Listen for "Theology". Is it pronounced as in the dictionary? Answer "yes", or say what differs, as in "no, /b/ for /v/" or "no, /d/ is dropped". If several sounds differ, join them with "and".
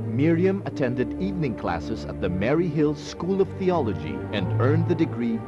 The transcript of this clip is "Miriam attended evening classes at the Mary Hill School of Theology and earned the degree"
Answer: yes